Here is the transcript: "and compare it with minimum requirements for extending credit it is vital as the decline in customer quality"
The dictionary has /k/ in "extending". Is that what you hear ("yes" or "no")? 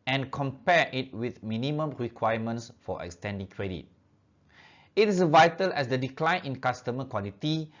yes